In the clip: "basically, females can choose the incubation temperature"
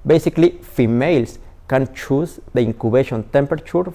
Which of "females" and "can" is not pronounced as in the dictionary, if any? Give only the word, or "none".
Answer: females